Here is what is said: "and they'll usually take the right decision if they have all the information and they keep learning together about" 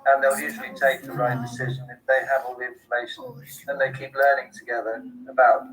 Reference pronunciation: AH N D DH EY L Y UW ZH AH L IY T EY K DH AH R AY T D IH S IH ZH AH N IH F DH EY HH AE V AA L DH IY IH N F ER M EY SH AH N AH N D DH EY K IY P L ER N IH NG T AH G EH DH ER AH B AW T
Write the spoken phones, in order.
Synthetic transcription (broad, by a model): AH N DH EY L Y UW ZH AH L IY T EY K DH AH R AY T D IH S IH ZH AH N IH F DH EY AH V AA L DH IY IH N F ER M EY SH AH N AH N DH EY K IY P L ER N IH NG T AH G EH DH ER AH B AW T